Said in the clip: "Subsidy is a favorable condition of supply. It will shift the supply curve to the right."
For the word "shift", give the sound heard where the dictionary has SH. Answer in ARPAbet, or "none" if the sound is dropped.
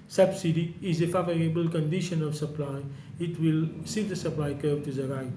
S